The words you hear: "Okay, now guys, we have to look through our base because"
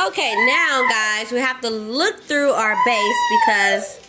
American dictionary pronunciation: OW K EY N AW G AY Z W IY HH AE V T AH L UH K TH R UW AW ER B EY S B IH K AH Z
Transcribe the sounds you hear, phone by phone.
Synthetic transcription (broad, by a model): OW K EY N AW G AY Z W IY HH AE F T AH L UH K TH R UW AW ER B EY S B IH K AH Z